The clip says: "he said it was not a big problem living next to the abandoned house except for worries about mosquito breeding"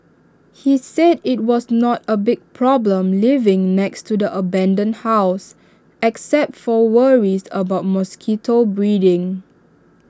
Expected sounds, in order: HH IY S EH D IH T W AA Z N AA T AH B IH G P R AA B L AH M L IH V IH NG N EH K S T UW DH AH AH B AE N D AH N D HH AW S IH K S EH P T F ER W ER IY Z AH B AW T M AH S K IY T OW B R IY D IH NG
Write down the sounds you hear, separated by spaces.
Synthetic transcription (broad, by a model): HH IY S EH D IH T W AA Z N AA T AH B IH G P R AA B L AH M L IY V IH NG N EH K S T UW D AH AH B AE N D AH N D HH AW S IH K S EH P T F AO W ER IY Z AH B AW T M AH S K IY T OW B R IY D IH NG